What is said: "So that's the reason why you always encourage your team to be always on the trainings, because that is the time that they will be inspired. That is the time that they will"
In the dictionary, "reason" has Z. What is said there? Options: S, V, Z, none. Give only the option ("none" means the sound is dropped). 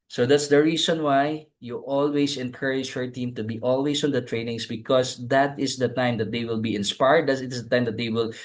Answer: S